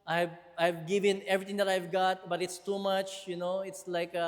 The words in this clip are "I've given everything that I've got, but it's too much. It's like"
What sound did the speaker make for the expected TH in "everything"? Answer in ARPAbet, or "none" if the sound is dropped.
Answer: T